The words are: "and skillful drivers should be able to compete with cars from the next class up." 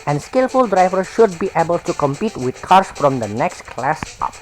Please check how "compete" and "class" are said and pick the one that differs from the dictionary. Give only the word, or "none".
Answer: none